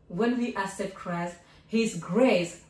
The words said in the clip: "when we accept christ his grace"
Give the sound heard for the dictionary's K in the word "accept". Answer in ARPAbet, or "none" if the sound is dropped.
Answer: none